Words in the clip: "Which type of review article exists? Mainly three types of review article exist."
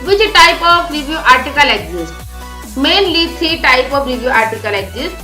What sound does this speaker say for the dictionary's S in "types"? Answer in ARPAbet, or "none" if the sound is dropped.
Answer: none